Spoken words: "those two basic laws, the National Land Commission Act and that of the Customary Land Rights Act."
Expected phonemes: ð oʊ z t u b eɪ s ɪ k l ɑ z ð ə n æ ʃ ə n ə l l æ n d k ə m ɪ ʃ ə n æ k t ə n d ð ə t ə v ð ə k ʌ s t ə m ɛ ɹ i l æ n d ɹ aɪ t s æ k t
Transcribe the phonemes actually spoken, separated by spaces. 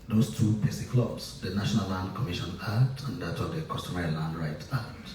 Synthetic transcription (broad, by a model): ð oʊ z t u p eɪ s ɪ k l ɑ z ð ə n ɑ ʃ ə n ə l l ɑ n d k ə m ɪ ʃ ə n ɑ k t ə n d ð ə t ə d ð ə k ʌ s t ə m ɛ ɹ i l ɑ n d ɹ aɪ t ɑ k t